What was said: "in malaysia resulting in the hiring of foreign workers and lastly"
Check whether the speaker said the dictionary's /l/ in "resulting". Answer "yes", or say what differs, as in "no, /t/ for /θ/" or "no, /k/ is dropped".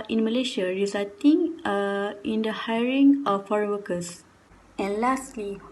no, /l/ is dropped